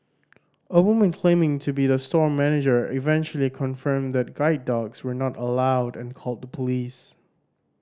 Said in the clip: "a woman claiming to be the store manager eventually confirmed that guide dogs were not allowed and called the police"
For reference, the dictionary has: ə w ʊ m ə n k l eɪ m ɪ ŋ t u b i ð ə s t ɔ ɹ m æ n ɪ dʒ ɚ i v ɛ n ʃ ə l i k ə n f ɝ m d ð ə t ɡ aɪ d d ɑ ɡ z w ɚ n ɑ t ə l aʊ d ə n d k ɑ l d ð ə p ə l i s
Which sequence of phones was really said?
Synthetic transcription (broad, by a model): ə w ʊ m ə n k l eɪ m ɪ ŋ t u b i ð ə s t ɔ ɹ m æ n ɪ dʒ ɚ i v ɛ n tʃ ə l i k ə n f ɝ m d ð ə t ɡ aɪ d d ɑ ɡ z w ɚ n ɑ t ə l aʊ d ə n k ɑ l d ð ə p ə l i s